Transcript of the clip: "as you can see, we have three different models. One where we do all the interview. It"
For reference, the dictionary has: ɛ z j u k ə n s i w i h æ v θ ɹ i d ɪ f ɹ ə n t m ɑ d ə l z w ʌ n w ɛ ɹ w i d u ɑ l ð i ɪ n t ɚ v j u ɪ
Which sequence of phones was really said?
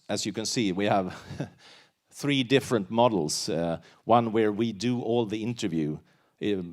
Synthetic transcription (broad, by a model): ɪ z j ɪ k ə n s i w i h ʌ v θ ɹ i d ɪ f ɹ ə n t m ɑ d l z w ʌ n w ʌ ɹ w i d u ɑ l ð i ɪ n t ɚ v j u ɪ